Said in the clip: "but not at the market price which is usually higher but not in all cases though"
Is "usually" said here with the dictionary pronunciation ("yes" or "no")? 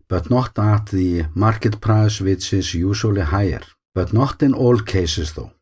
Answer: no